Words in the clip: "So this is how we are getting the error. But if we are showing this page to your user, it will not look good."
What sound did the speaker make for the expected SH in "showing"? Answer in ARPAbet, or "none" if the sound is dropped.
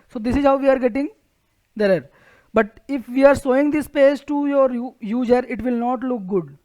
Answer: S